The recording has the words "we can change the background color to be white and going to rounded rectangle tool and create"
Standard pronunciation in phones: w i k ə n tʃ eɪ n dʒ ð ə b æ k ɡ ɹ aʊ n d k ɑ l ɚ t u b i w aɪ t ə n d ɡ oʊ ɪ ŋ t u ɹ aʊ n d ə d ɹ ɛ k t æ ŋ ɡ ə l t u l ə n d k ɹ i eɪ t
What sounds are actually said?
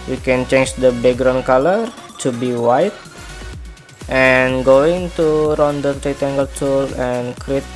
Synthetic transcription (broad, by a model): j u k ə n tʃ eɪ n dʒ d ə b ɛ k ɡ ɹ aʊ n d k ɑ l ɚ t u b i w aɪ t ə n ɡ oʊ ɪ ŋ t u ɹ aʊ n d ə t ɹ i t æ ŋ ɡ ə l t u l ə n k ɹ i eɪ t